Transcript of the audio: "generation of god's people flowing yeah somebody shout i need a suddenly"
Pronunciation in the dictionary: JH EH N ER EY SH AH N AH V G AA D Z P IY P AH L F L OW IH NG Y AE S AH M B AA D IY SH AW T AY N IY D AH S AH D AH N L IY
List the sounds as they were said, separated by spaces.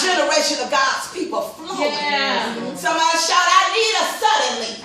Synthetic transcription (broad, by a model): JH EH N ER EY SH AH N AH V G AA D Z P IY P L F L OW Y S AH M AA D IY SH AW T AY N IY D AH S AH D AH N L IY